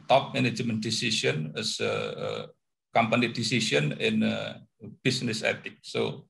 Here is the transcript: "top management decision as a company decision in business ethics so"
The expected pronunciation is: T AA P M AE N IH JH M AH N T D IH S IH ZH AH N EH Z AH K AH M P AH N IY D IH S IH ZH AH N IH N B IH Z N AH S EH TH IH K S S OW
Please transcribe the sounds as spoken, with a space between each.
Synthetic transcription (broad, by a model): T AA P M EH N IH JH M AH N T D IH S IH SH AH N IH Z AH K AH M P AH N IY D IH S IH SH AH N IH N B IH S N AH S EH T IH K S S OW